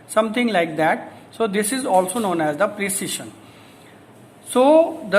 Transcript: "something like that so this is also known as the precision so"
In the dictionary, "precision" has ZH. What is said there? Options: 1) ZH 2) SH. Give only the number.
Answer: 2